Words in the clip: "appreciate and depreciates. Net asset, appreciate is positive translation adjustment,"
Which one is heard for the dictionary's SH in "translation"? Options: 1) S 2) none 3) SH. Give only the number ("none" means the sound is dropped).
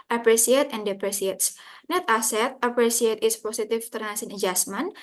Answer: 1